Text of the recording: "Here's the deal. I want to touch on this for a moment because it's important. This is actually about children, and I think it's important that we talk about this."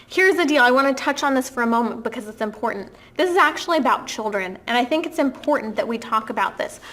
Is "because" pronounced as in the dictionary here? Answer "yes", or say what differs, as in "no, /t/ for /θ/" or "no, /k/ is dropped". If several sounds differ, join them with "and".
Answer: yes